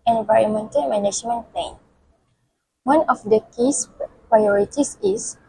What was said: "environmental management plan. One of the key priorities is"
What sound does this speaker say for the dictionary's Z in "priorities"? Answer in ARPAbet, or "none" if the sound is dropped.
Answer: S